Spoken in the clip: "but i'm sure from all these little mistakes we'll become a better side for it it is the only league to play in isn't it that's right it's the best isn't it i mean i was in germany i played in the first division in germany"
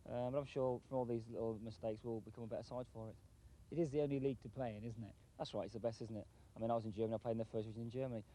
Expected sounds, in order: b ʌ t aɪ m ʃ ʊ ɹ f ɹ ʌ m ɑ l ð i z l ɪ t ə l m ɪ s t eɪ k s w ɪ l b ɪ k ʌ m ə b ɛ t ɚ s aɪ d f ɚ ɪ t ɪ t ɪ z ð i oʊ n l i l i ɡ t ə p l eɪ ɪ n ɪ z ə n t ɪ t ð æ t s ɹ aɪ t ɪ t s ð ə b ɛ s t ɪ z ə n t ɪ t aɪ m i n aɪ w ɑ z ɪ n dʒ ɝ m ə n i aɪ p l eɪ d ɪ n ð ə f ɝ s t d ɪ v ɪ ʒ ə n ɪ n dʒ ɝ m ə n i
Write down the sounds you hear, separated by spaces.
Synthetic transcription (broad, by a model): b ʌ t aɪ m ʃ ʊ f ɹ ʌ m ɑ l ð i z l ɪ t l m ɪ s t eɪ k s w ɪ l b ɪ k ʌ m ə b ɛ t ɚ s aɪ d f ɚ ɪ t ɪ t ɪ z ð i oʊ n l i l i ɡ t ə p l eɪ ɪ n ɪ z n t ɪ t ð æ t s ɹ aɪ t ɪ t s ð ə b ɛ s t ɪ z n t ɪ t aɪ m i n aɪ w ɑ z ɪ n dʒ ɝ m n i aɪ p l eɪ ɪ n ð ə f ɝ s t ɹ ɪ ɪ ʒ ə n ɪ n dʒ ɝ m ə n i